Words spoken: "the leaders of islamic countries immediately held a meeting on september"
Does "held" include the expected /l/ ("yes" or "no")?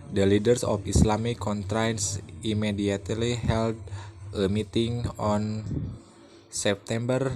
yes